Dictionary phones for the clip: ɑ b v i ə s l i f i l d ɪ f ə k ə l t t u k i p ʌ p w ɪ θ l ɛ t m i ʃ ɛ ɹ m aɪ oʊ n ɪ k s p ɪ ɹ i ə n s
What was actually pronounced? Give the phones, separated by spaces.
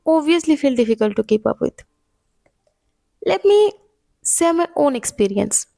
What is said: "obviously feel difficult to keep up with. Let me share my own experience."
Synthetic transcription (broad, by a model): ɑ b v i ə s l i f i l d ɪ f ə k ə l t t u k i p ʌ p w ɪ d l ɛ t m i s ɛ m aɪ oʊ n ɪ k s p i ɹ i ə n s